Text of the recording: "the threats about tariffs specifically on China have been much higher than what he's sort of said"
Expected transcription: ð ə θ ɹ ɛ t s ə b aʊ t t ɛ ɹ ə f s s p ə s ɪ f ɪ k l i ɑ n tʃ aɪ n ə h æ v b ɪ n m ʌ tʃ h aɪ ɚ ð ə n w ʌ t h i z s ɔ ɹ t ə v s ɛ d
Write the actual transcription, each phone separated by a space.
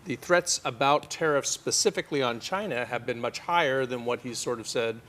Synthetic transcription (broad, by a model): ð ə θ ɹ ɛ t s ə b aʊ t t ɛ ɹ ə f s s p ə s ɪ f ɪ k l i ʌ n tʃ aɪ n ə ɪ v b ɪ n m ʌ tʃ h aɪ ɚ ð ə n w ʌ t h i z s ɔ ɹ t ə v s ɛ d